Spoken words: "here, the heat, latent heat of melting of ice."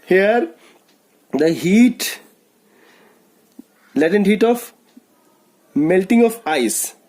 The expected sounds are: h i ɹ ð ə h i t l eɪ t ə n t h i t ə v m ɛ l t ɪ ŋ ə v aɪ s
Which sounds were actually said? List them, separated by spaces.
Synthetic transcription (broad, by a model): h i ɹ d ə h i t l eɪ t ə n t h i t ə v m ɛ l t ɪ ŋ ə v aɪ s